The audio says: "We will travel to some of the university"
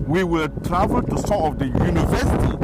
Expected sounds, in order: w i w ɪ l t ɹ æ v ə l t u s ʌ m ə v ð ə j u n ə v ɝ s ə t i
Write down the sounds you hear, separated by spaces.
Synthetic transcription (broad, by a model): w i w ɪ l t ɹ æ v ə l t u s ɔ ə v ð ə j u n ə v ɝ s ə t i